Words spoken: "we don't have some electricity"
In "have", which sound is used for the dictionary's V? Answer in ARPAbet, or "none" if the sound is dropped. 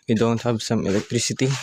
B